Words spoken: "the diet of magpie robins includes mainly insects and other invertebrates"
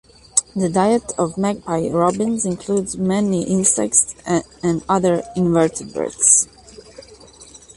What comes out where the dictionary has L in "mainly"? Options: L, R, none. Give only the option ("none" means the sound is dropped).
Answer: none